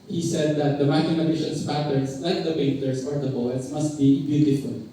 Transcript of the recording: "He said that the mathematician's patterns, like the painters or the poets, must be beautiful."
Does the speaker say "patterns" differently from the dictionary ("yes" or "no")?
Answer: yes